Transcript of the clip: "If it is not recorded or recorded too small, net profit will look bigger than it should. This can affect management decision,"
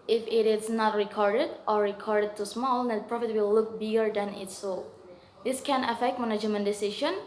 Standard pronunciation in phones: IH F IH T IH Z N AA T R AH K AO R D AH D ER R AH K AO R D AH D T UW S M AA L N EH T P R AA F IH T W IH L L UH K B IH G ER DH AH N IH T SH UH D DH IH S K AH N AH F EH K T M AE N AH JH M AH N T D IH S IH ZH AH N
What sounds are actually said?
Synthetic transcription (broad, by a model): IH F IH T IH S N AA T R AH K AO R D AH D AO R AH K AO R D AH D T UW S M AA L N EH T P R AA F IH T W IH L L UH K B IH G ER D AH N IH T S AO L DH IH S K AH N AH F EH K T M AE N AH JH M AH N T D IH S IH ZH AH N